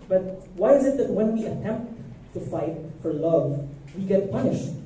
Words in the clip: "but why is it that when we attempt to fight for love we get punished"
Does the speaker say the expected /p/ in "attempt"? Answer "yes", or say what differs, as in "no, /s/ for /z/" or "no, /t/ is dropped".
yes